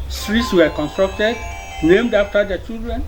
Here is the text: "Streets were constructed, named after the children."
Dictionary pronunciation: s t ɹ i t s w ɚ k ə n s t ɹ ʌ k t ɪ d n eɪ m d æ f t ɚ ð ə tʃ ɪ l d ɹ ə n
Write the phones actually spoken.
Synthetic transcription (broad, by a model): s t ɹ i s w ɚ k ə n s t ɹ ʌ k t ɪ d n eɪ m d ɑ f t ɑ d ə tʃ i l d ɹ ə n